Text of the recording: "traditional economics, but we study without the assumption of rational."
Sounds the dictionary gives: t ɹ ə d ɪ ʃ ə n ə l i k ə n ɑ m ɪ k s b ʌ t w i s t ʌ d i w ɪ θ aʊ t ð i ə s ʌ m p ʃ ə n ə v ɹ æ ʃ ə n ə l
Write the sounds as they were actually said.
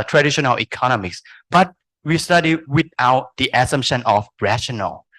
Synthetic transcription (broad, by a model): t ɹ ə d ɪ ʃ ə n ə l i k ə n ɑ m ɪ k s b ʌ t w i s t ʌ d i w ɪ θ aʊ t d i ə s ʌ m ʃ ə n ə f ɹ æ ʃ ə n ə l